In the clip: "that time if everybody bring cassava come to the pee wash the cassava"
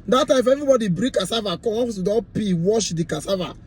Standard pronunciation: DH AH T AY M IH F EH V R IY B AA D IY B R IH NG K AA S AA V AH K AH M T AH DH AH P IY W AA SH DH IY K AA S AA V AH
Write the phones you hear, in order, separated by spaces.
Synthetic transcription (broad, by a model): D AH T AY M IH F EH V R IY B AA D IY B R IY K AA S AA V AH K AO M S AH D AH P IY W AA SH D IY K AA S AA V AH